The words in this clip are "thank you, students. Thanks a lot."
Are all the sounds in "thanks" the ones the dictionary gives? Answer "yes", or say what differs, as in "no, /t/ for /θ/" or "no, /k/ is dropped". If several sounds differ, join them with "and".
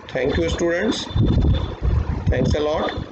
no, /t/ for /θ/